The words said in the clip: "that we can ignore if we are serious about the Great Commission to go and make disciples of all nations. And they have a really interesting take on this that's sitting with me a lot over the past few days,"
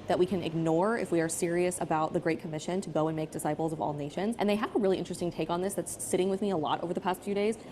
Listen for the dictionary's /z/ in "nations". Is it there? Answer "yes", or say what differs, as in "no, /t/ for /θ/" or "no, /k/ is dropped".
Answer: yes